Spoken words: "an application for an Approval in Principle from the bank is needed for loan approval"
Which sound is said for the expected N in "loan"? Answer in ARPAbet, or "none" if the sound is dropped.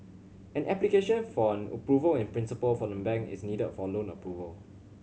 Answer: N